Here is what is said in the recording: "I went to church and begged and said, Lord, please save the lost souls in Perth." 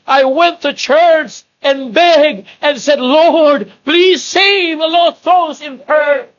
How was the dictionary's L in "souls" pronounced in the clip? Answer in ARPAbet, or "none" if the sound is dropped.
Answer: none